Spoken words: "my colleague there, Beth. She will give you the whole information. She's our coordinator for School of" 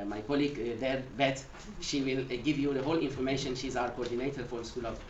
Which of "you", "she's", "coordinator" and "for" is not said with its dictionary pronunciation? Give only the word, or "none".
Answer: none